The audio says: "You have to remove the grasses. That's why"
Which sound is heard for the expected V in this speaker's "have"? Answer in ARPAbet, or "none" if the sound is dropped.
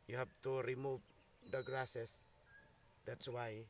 P